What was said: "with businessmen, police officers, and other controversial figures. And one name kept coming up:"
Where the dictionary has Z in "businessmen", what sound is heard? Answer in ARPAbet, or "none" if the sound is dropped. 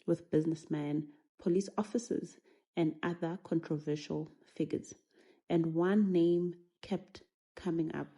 Z